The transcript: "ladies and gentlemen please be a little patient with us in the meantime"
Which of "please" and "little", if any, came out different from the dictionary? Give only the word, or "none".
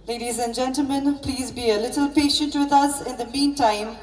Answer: none